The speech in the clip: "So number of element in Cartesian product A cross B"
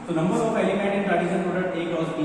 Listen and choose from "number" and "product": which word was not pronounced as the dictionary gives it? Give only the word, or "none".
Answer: product